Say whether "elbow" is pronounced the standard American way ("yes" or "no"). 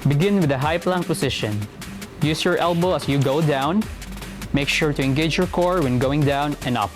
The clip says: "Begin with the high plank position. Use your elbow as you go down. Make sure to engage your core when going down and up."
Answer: yes